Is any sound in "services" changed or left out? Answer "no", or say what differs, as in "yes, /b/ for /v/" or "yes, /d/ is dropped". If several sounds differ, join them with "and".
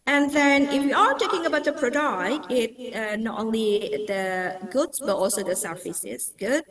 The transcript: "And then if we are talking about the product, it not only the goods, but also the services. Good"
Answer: yes, /f/ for /v/